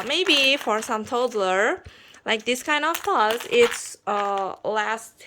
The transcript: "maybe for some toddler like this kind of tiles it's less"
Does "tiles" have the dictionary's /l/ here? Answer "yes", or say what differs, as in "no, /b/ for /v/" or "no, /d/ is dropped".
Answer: no, /l/ is dropped